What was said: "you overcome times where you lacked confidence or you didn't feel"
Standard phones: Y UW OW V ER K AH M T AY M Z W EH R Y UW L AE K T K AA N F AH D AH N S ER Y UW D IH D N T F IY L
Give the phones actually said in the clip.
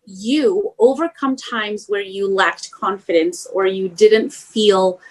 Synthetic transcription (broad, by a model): Y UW OW V ER K AH M T AY M Z W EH R Y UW L AE K T K AA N F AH D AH N S ER Y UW D IH D N T F IY L